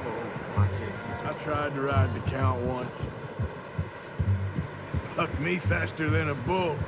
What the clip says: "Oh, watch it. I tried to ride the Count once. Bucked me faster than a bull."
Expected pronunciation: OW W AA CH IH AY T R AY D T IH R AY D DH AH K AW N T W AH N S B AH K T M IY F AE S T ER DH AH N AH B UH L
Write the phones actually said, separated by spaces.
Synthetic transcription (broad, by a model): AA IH S IH AY T R AY D T IH R AY D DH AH K AW N T W AH N S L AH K M IY F AE S T ER DH AH N AH B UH